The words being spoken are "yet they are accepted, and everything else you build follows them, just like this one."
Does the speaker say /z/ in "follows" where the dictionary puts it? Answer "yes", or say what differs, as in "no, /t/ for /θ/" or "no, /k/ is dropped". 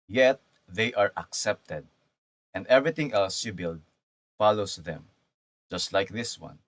no, /s/ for /z/